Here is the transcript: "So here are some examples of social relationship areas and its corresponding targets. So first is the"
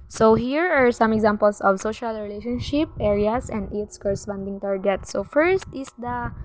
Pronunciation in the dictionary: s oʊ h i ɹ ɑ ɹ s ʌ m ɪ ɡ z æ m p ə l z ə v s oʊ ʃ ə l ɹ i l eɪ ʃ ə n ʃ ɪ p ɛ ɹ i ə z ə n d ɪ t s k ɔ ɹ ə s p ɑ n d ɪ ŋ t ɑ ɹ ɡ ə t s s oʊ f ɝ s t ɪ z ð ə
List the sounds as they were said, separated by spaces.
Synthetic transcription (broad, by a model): s oʊ h i ɹ ɑ ɹ s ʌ m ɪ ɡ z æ m p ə l s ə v s oʊ ʃ ə l ɹ i l eɪ ʃ ə n ʃ ɪ p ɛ ɹ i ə s ə n d ɪ t s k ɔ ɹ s f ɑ n d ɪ ŋ t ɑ ɹ ɡ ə t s s oʊ f ɝ s t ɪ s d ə